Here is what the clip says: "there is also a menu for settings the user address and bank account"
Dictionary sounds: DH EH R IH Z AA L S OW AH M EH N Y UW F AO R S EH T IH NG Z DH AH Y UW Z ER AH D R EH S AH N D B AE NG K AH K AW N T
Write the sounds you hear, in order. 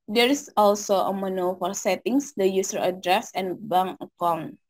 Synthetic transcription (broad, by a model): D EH R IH S AA L S OW AH M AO N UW F AO R S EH T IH NG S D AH Y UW S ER AH D R EH S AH N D B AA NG AH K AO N